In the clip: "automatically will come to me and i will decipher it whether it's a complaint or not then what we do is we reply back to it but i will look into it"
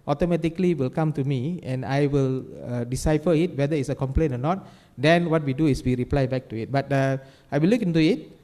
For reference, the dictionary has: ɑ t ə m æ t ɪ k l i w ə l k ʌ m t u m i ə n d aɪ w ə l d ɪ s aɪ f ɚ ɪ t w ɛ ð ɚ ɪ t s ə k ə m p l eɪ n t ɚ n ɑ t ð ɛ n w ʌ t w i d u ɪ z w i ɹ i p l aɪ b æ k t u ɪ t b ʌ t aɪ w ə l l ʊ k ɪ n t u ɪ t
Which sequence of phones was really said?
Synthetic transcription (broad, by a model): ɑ t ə m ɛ t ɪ k l i w ə l k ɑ m t u m i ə n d aɪ w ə l d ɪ s aɪ f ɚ ɪ t w ɛ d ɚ ɪ t s ə k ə m p l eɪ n ɔ n ɑ t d ɛ n w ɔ t w i d u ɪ s w i ɹ i p l aɪ b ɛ k t u ɪ t b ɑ t aɪ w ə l l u k ɪ n t u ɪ t